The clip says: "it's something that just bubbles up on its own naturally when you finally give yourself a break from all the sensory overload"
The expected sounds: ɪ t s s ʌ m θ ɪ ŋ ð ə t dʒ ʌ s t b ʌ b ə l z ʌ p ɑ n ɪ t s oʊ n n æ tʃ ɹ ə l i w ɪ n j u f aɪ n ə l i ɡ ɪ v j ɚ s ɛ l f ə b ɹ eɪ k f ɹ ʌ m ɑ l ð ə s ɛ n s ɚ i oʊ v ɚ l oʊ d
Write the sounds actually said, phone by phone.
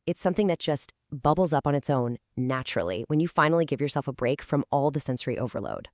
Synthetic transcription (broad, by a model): ɪ t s s ʌ m θ ɪ ŋ ð ə t dʒ ʌ s t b ʌ b l z ʌ p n ɪ t s oʊ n n æ tʃ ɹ l i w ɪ n j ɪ f aɪ n l i ɡ ɪ v j ɚ s ɛ l f ə b ɹ eɪ k f ɹ ʌ m ɑ l ð ə s ɛ n s ɚ i oʊ v ɚ l oʊ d